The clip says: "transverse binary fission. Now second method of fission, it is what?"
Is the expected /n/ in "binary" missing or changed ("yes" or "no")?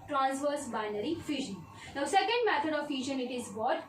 no